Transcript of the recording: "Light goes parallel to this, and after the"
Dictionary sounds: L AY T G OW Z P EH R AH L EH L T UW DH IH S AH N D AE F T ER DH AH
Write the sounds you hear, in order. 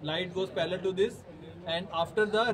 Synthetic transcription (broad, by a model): L AY T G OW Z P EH L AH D T UW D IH S AH N D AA F T ER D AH